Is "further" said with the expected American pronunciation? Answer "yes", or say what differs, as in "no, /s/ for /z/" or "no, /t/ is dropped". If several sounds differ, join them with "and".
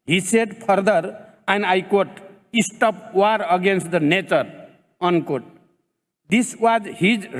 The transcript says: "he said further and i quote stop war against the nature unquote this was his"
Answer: no, /p/ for /f/